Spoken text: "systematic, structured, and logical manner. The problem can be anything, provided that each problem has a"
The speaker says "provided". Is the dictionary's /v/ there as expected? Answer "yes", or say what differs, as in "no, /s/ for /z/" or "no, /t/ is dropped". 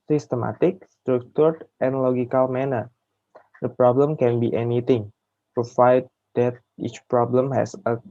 no, /f/ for /v/